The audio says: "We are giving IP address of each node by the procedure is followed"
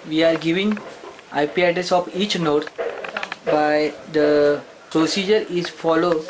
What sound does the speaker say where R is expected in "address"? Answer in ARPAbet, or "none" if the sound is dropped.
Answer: none